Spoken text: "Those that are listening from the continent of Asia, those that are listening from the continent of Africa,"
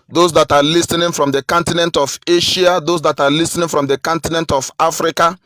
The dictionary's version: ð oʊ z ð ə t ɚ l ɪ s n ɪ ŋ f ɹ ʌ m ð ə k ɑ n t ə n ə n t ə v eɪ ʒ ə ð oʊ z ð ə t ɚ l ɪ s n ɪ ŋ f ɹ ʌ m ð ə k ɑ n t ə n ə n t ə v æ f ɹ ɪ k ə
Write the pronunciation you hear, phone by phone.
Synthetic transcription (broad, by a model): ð oʊ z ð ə t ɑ l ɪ s n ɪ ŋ f ɹ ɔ m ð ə k ɑ n t ə n ə n t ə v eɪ ʃ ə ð oʊ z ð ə t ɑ l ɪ s n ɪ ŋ f ɹ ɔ m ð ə k ɑ n t ə n ə n t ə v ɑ f ɹ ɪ k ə